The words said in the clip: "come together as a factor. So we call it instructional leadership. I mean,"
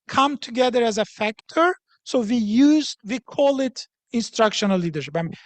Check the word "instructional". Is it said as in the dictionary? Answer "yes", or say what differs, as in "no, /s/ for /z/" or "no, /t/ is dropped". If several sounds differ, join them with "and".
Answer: yes